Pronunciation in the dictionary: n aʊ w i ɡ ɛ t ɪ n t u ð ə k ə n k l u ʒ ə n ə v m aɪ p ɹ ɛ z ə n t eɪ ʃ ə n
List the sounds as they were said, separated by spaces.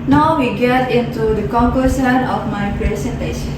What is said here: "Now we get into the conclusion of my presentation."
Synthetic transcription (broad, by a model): n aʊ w i ɡ ɛ t ɪ n t u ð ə k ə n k u s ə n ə f m aɪ p ɹ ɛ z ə n t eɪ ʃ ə n